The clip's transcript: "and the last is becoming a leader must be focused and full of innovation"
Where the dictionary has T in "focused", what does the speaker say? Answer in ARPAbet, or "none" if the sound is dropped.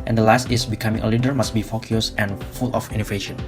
none